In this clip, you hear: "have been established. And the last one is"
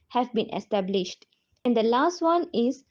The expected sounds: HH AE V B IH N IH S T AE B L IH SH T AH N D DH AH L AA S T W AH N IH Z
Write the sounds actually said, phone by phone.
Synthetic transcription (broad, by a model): HH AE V B IH N IH S T AE B L IH SH T AH N D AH L AA S T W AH N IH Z